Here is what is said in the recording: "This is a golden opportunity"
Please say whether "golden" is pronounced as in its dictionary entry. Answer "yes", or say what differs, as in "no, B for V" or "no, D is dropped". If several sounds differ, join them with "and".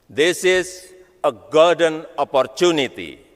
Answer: no, L is dropped